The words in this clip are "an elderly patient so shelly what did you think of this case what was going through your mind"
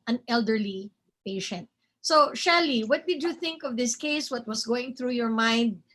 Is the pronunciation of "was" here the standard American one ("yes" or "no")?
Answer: no